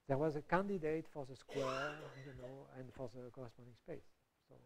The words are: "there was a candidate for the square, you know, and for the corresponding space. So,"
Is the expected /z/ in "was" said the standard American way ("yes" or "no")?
yes